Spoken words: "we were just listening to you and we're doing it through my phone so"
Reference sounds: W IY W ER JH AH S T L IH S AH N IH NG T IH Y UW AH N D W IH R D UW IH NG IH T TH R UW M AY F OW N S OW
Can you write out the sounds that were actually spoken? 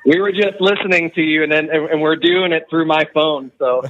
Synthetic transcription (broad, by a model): W IY W ER JH AH S T L IH S AH N IH NG T IH Y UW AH N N W IH R D UW IH NG IH T TH R UW M AY F OW N S OW